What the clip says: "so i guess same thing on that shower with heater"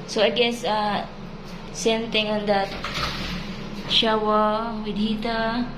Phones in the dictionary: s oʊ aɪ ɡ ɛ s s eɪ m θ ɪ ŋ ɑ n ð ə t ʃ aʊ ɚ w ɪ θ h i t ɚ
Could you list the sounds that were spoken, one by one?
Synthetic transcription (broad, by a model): s oʊ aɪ ɡ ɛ s s eɪ m t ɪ ŋ ɑ n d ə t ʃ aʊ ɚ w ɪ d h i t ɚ